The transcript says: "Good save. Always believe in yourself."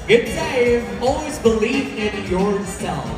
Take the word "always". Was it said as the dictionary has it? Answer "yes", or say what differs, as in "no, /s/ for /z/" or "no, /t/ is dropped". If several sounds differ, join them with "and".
yes